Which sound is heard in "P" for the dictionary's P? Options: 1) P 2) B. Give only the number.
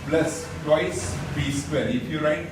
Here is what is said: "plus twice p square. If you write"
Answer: 2